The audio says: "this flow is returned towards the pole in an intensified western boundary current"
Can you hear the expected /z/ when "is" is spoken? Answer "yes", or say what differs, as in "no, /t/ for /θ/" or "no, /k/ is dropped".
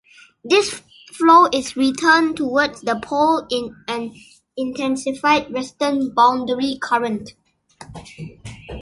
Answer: no, /s/ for /z/